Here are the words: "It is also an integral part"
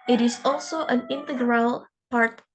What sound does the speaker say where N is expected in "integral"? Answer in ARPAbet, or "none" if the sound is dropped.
N